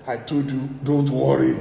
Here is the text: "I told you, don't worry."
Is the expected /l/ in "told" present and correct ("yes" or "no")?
no